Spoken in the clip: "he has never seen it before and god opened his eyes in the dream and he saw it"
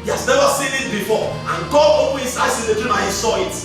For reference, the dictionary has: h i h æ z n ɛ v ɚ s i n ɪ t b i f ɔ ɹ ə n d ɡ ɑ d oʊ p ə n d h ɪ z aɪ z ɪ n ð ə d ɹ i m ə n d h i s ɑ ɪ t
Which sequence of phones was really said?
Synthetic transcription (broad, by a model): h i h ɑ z n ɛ v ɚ s i n ɪ t b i f ɔ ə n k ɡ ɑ oʊ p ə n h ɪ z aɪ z ɪ n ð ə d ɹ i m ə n h i s ɑ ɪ t